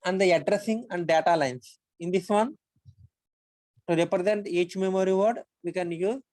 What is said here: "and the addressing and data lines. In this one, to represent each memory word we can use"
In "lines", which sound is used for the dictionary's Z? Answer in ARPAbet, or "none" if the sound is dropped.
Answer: S